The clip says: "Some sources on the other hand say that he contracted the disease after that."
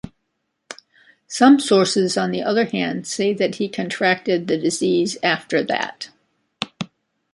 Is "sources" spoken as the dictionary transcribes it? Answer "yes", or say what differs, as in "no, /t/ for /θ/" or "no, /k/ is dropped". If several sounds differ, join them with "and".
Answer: yes